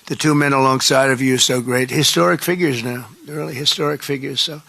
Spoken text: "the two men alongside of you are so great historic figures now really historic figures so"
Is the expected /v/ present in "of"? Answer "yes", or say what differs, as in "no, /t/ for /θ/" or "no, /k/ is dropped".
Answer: yes